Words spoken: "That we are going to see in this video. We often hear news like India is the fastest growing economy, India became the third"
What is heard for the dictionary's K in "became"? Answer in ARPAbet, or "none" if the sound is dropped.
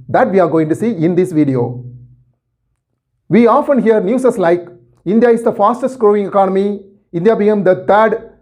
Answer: none